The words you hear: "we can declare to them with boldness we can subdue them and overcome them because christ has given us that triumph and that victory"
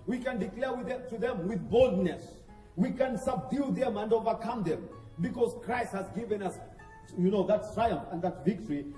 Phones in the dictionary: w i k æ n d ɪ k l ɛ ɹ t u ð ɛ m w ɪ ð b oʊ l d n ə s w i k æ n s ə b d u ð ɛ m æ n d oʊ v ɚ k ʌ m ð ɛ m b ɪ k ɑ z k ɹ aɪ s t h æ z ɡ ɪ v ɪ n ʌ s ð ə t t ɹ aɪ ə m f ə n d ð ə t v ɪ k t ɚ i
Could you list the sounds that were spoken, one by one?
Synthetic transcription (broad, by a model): w i k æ n d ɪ k l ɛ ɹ t u ð ɛ m w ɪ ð b oʊ l d n ə s w i k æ n s ə b d u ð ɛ m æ n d oʊ v ɚ k ʌ m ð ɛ m b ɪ k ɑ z k ɹ aɪ s t h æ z ɡ ɪ v ɪ n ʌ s ð ə t t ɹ aɪ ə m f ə n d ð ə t v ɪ k t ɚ i